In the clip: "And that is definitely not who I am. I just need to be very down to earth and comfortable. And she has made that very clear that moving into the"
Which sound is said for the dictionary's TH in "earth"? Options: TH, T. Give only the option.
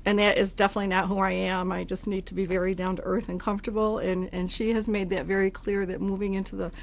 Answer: TH